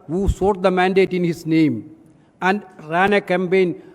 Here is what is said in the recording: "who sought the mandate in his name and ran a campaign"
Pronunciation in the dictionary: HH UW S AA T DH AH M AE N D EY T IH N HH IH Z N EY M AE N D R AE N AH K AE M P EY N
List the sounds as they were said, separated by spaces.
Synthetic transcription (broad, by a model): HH UW S AA T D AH M AE N D EY T IH N HH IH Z N EY M AE N D R AE N AH K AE M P EY N